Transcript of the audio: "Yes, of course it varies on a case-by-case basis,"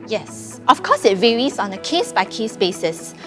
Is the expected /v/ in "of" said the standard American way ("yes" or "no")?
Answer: no